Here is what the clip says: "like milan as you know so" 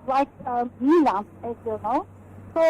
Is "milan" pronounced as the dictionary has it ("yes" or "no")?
no